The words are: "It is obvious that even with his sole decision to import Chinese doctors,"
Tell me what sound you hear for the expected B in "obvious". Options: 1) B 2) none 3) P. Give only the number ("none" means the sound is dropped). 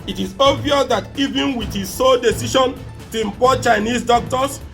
2